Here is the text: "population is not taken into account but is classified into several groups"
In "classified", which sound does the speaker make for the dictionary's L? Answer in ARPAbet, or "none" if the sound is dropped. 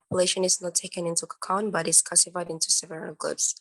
none